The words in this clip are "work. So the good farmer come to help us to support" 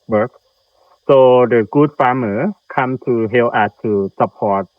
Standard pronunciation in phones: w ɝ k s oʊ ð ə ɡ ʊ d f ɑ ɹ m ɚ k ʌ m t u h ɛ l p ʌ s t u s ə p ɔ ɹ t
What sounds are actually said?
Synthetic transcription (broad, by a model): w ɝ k s oʊ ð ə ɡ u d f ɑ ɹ m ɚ k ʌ m t u h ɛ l ʌ t u s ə p ɔ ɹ t